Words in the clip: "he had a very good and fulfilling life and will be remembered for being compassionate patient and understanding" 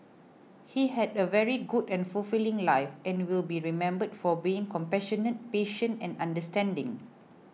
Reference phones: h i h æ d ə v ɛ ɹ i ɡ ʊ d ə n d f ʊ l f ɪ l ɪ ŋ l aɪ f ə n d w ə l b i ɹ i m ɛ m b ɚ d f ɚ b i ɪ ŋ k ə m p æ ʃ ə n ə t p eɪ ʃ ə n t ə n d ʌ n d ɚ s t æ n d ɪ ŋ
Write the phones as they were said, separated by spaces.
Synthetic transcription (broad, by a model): h i h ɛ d ə v ɛ ɹ i ɡ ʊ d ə n f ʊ l f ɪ l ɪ ŋ l aɪ f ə n w ə l b i ɹ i m ɛ m b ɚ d f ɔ b i ɪ ŋ k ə m p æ ʃ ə n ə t p eɪ ʃ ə n ə n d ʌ n d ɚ s t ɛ n d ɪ ŋ